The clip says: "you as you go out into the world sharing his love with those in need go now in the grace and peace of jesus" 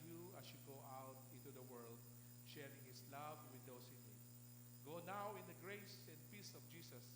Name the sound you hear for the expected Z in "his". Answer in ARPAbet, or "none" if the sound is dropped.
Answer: S